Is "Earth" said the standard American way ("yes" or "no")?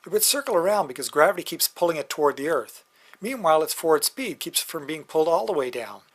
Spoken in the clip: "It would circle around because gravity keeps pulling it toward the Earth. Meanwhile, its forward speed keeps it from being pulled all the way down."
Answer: yes